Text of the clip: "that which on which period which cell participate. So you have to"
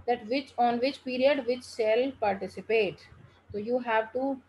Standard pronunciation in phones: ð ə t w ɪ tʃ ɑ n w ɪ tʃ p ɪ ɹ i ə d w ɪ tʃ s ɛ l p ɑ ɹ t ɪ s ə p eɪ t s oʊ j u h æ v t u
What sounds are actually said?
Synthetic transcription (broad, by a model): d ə t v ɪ tʃ ɑ n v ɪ tʃ p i ɹ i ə d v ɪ tʃ ʃ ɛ l p ɑ ɹ t ɪ s ə p eɪ t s oʊ j u h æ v t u